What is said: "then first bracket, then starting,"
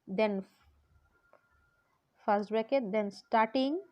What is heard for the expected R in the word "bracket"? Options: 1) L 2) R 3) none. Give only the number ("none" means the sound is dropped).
3